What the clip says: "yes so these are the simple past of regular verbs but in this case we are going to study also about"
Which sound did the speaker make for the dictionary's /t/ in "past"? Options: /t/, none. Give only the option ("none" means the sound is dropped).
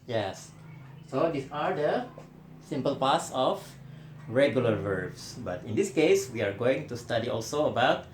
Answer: none